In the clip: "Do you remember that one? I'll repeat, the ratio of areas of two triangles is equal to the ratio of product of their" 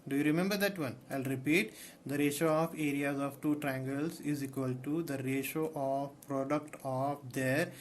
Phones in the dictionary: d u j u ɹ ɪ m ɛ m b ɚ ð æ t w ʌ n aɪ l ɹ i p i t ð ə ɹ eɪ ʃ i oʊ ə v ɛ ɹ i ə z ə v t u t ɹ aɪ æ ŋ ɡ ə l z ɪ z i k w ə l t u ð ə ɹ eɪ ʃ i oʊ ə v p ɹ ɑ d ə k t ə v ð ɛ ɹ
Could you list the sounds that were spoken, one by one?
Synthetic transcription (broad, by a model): d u j u ɹ ɪ m ɛ m b ɚ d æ t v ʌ n aɪ l ɹ i p i t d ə ɹ eɪ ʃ oʊ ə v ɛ ɹ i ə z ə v t u t ɹ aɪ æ ŋ ɡ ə l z ɪ z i k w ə l t u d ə ɹ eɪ ʃ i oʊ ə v p ɹ ɑ d ə k t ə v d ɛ ɹ